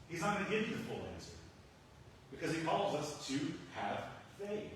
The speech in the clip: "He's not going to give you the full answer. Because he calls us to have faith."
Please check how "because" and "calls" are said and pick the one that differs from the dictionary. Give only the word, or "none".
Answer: none